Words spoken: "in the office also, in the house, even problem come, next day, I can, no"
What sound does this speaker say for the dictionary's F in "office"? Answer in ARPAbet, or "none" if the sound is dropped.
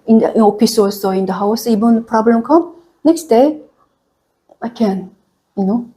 P